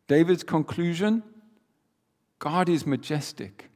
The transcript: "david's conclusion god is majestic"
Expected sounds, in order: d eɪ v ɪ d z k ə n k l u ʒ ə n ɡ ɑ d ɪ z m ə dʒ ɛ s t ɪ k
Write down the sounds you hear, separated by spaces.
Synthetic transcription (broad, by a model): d eɪ v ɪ d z k ə n k l u ʒ ə n ɡ ɑ d ɪ z m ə dʒ ɛ s t ɪ k